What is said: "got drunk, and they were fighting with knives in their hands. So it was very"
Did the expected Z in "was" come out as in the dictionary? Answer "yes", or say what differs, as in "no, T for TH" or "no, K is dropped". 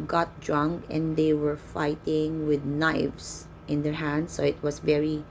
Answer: no, S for Z